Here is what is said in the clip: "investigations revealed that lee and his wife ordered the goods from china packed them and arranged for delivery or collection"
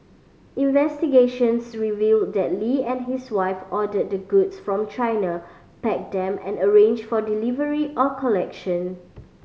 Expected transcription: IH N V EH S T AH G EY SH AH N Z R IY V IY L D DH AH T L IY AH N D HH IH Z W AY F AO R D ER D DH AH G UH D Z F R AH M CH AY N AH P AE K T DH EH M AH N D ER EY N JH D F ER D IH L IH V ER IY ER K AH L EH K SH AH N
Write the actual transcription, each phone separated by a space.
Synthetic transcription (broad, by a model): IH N V EH S T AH G EY SH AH N S R IY V IY L D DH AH T L IY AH N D HH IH S W AY F AO D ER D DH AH G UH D S F R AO M CH AY N AH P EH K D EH M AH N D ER EY N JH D F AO D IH L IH V ER IY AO K AH L EH K SH AH N